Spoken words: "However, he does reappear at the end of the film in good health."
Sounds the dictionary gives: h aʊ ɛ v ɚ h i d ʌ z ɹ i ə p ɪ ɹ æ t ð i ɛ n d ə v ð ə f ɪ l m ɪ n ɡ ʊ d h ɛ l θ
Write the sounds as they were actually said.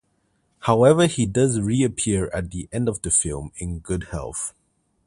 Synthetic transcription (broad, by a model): h aʊ ɛ v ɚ h i d ʌ z ɹ i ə p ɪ ɹ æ t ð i ɛ n d ə v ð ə f ɪ l m ɪ n ɡ ʊ d h ɛ l θ